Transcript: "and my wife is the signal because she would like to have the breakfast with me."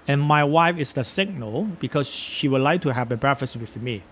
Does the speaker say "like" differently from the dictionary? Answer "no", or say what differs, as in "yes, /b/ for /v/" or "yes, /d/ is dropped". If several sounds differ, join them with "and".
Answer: no